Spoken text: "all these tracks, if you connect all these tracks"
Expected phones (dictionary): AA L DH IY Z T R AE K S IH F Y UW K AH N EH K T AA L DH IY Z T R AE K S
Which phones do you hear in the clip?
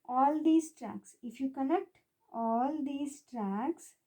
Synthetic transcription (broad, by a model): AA L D IY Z T R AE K S IH F Y UW K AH L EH K T AA L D IY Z T R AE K S